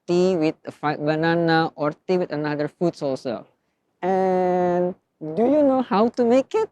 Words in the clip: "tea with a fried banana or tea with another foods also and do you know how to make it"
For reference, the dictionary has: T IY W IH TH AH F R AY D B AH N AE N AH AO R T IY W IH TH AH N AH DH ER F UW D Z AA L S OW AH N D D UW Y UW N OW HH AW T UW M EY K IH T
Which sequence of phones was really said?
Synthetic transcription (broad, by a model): T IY W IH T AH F AY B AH N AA N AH AO R T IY W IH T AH N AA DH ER F UW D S AA L S OW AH N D D UW Y UW N OW HH AW T UW M EY K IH T